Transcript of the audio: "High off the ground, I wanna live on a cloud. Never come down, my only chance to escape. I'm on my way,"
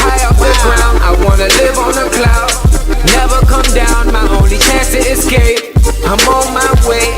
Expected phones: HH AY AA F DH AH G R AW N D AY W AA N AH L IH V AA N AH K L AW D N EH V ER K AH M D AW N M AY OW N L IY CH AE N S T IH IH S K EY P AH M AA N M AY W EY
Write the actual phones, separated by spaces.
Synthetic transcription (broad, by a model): AY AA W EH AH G R AW N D AY W AA N AH L IH V N AH K L AW D N EH V ER K AH M D AW N M AY OW L IY CH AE N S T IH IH S K EY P AH M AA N M AY W EY